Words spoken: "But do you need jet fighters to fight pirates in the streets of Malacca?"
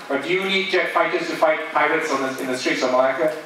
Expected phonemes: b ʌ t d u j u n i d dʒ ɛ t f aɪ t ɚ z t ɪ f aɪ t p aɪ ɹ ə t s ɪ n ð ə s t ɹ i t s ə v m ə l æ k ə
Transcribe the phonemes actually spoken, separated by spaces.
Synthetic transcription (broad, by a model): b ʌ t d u j u n i d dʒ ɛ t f aɪ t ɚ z t ɪ f aɪ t p aɪ ɹ ə t s ɪ n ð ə s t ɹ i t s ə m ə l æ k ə